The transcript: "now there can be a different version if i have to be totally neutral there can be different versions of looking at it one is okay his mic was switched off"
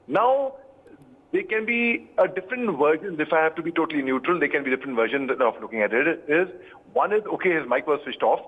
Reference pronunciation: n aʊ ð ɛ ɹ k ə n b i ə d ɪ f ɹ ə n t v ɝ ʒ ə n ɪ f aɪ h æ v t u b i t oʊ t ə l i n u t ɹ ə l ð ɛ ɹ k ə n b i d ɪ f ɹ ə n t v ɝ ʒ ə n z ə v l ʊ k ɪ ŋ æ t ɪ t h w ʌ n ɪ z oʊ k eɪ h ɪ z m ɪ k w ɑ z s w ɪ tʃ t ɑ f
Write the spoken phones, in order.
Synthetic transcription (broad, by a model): n aʊ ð ɛ k ə n b i ə d ɪ f ɹ ə n t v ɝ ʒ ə n ɪ f aɪ h æ v t u b i t oʊ t ə l i n u t ɹ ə l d ɛ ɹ k ə n b i d ɪ f ɹ ə n t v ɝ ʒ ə n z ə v l ʊ k ɪ ŋ æ t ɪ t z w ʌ n ɪ z oʊ k eɪ h ɪ z m ɪ k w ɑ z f ɪ ʃ t ɑ f